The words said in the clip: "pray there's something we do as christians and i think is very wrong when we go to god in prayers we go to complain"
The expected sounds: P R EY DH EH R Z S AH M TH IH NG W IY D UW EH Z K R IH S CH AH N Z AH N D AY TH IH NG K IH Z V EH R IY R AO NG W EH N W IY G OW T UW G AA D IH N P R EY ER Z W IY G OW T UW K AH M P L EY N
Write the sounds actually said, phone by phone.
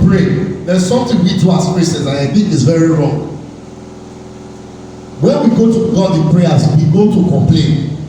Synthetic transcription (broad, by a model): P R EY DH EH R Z S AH M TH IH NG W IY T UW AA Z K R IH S AH Z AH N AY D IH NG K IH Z V EH R IY R AO NG W EH N W IY G OW T UW G AA D IH N P R EY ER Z W IY G OW T UW K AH M P L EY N